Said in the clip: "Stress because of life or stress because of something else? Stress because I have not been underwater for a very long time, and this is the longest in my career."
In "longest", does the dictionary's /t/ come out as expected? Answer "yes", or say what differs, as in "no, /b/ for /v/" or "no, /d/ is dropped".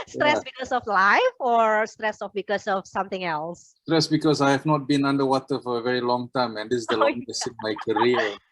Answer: no, /t/ is dropped